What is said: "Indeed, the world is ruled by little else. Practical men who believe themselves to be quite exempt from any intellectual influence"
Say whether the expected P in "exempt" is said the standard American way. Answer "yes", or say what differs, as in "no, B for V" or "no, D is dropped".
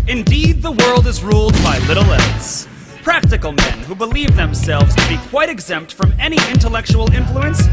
yes